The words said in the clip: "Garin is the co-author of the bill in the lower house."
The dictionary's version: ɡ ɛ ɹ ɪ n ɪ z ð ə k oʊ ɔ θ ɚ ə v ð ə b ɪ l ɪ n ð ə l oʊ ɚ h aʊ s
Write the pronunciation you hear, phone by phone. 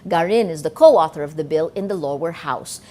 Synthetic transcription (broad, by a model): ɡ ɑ ɹ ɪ n ɪ z ð ə k oʊ ɔ θ ɚ ə v ð ə b ɪ l ɪ n ð ə l oʊ ɚ h aʊ s